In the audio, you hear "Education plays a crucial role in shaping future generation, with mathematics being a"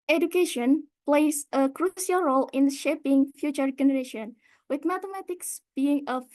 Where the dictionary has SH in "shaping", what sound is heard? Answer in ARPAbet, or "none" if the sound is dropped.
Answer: SH